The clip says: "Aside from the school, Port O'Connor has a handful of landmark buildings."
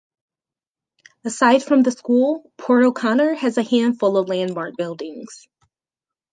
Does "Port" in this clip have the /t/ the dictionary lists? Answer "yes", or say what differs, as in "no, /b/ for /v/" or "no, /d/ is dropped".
no, /t/ is dropped